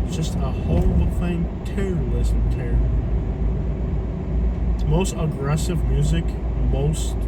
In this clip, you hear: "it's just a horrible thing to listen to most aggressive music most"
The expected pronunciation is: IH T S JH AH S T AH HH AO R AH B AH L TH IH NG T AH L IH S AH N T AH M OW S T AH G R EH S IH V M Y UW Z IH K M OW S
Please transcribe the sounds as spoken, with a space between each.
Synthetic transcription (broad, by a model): JH AH S T AH HH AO AH AH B TH IH NG T AH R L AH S T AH M OW S T AH G R EH S IH V M Y UW Z IH K M OW S